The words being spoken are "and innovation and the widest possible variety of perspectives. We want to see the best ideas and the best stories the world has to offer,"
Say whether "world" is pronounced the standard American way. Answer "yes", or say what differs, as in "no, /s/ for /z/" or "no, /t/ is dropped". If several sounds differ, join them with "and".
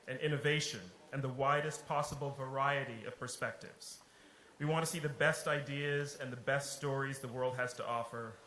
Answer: yes